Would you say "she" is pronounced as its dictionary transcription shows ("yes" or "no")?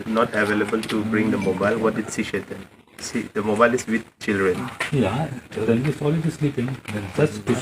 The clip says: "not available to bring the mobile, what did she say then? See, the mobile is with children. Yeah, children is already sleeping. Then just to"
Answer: no